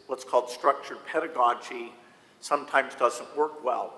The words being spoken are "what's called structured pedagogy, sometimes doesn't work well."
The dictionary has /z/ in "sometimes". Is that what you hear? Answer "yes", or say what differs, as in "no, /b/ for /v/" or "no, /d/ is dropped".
yes